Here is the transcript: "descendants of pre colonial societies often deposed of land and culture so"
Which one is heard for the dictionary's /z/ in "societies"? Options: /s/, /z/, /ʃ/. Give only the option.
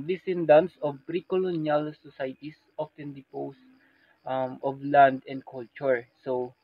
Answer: /s/